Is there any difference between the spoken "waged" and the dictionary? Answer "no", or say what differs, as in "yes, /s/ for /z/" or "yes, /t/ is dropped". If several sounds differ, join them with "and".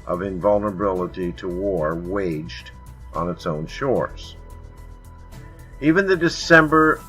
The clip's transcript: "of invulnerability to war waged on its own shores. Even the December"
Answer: no